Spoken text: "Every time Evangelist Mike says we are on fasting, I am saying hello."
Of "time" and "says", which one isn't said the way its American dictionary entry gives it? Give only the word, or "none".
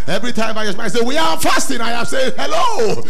says